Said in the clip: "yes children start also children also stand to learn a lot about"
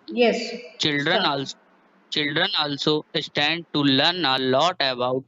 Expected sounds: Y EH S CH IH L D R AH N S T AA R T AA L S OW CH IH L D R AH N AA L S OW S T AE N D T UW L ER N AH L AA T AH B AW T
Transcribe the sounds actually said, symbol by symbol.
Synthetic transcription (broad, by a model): Y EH S CH IH L D R AH N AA AA L S OW CH IH L D R AH N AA L S OW S T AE N D T UW L ER N AH L AA T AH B AW T